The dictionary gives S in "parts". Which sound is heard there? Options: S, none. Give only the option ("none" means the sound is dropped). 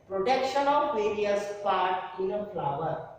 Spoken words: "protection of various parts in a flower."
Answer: none